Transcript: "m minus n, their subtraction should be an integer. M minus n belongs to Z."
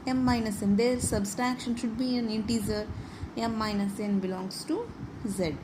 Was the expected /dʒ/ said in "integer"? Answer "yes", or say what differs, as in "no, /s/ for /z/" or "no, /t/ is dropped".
no, /z/ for /dʒ/